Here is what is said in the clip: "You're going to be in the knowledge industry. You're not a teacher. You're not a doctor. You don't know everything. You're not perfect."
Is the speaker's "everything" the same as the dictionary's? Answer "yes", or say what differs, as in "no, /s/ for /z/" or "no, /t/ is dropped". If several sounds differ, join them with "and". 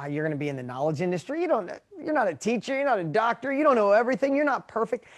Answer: yes